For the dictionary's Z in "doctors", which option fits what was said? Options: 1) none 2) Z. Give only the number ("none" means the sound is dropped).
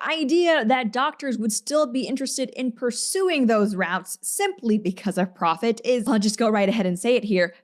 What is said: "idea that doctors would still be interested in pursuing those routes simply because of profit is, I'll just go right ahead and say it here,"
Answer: 2